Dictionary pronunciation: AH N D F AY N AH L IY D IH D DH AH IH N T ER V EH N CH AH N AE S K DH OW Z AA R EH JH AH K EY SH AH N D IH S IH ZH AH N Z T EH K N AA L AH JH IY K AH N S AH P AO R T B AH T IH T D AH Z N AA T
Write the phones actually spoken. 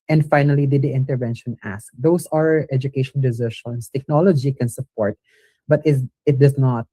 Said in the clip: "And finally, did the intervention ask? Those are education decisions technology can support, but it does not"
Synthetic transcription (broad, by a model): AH N D F AY N AH L IY D IH D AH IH N T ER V EH N SH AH N AE S K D OW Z AA R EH JH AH K EY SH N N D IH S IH SH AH N S T EH K N AA L AH JH IY K AH N S AH P AO R T B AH T IH T D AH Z N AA T